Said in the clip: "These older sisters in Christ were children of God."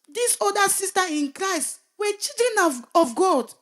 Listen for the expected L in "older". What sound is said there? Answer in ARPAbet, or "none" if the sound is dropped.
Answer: none